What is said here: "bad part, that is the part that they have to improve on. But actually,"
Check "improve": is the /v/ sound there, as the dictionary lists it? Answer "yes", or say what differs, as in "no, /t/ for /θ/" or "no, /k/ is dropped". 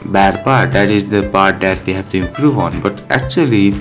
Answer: no, /v/ is dropped